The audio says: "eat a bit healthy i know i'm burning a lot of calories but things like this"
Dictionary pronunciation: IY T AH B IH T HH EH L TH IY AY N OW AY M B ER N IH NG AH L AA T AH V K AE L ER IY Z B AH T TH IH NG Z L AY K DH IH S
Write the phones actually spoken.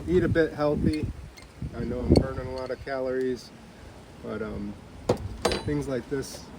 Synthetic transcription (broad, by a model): IY T AH B IH T HH EH L TH IY AY N OW AY M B ER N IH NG AH L AA T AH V K AE L ER IY Z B AH T TH IH NG Z L AY K DH IH S